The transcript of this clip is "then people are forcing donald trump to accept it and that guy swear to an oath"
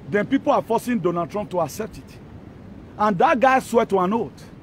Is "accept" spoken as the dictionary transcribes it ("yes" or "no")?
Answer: yes